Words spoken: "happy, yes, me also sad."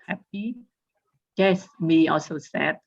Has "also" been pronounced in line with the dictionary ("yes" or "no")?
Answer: yes